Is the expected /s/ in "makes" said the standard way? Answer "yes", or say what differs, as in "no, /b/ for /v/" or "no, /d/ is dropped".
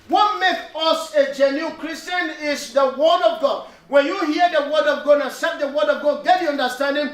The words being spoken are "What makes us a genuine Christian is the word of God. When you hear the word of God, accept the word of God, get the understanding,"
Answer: no, /s/ is dropped